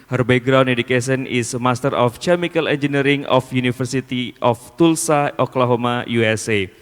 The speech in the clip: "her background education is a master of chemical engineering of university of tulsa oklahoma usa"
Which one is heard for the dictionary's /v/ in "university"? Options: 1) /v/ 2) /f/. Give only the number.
2